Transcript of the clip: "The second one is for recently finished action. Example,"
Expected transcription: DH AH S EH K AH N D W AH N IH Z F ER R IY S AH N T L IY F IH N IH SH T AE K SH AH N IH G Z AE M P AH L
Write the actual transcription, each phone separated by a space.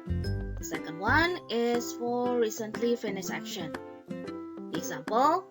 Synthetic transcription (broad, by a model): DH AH S EH K AH N D W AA N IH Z F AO R IY S AH N T L IY F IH N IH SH AE K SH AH N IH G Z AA M P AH L